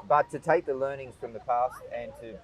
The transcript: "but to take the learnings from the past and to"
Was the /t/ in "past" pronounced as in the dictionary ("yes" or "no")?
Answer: yes